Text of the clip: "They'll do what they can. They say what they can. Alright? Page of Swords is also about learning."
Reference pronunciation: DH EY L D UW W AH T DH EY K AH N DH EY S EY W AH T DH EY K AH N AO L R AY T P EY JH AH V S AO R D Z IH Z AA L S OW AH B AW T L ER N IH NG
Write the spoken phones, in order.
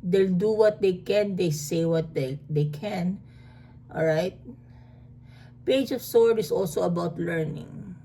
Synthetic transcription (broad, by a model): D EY L D UW W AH T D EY K AH N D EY S EY W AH T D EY K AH N AO L R AY T P EY JH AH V S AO R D IH S AA L S OW AH B AW T L ER N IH NG